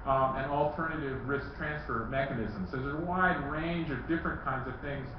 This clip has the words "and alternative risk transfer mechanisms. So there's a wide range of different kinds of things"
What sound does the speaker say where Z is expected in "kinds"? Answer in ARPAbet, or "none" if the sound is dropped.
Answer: Z